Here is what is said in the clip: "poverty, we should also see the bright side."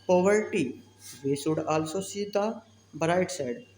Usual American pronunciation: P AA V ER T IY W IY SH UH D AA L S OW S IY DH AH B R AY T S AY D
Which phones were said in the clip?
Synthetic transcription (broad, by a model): P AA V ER T IY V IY S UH D AA L S OW S IY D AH B R AY T S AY D